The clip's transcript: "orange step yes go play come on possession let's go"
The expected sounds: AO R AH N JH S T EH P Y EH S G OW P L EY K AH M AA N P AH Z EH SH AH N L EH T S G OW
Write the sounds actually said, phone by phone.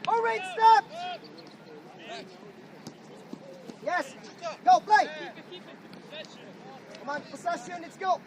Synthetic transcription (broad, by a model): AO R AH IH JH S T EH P Y EH S G OW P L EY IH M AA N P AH S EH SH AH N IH T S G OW